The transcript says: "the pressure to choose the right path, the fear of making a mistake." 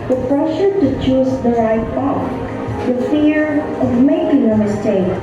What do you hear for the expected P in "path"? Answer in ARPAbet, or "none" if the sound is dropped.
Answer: B